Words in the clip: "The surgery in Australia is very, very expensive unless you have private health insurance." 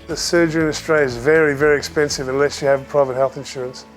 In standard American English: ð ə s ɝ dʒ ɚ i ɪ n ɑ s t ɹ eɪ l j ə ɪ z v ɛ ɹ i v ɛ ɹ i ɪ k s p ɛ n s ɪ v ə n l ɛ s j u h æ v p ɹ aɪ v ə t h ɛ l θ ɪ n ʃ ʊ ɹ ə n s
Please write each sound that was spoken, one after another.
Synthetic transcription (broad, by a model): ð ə s ɝ dʒ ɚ ɪ n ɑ s t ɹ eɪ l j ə ɪ z v ɛ ɹ i v ɛ ɹ i ɪ k s p ɛ n s ɪ v ə n l ɛ s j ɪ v p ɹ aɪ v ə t h ɛ l θ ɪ n ʃ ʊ ɹ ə n s